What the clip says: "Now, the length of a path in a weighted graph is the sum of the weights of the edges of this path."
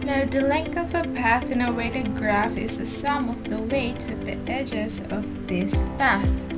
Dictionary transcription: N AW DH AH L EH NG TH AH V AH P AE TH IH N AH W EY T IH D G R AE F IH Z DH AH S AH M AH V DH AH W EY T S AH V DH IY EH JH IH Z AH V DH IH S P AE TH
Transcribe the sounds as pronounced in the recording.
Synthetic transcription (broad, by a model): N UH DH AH L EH NG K AH V AH P AE TH IH N AH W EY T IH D G R AE F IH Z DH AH S AH M AH V DH AH W EY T AH DH IY EH JH IH Z AH V DH IH S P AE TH